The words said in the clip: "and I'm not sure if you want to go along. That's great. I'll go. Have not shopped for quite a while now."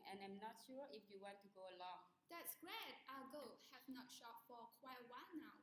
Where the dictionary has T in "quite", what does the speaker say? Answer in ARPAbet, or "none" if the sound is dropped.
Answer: none